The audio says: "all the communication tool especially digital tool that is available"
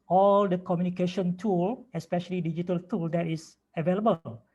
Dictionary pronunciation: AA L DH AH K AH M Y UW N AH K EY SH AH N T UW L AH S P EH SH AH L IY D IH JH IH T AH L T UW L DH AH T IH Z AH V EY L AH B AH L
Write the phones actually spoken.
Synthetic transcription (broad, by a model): AA L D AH K AH M Y UW N AH K EY SH AH N T UW L AH S P EH SH AH L IY D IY JH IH T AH L T UW L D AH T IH S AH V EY L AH B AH L